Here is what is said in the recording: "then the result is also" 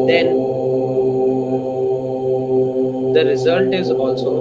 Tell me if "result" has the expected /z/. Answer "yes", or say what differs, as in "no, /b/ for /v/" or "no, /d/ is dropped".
yes